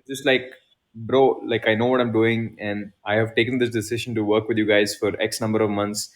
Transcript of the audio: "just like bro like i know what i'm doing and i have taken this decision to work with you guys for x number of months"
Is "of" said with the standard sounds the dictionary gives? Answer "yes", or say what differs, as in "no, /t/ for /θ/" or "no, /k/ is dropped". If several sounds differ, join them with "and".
yes